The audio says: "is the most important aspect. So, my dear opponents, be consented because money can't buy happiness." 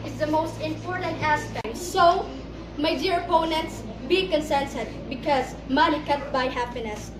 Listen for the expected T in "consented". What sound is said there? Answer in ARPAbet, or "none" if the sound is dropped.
S